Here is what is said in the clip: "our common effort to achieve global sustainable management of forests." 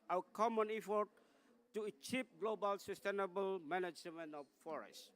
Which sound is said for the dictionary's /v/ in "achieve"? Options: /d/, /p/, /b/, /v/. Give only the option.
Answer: /p/